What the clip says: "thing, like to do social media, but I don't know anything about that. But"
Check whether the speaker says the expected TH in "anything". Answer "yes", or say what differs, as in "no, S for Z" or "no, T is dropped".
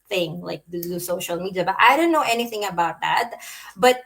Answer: yes